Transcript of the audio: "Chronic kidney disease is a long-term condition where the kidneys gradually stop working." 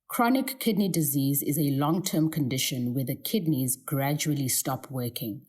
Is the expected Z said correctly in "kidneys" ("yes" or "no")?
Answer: yes